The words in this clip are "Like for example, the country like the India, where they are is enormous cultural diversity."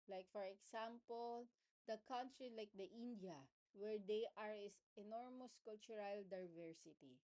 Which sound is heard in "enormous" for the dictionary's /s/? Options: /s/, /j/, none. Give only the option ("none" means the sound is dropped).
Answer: /s/